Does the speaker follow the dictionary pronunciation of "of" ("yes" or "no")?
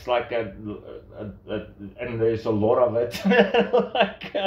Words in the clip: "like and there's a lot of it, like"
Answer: yes